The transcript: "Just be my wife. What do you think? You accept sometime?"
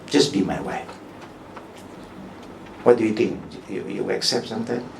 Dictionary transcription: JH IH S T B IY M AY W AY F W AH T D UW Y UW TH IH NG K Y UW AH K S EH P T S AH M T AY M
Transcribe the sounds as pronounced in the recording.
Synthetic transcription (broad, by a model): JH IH S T B IY M AY W AY F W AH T D UW Y UW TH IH NG K Y UW AH K S EH P T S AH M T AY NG